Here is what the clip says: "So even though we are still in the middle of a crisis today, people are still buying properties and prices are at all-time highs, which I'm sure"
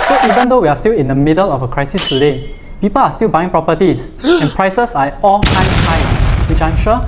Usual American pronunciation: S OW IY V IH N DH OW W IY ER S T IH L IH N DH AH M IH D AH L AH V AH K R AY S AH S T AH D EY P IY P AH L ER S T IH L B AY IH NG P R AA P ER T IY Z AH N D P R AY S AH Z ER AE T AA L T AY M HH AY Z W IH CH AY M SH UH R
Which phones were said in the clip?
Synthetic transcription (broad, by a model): S OW IY V IH N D OW W IY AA S T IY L IH N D AH M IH D AH L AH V AH K R AY S AH S T AH D EY P IY P AH L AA S T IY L B AY IH NG P R AA P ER T IY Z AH N P R AY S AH S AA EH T AA L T AY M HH AY W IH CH AY M SH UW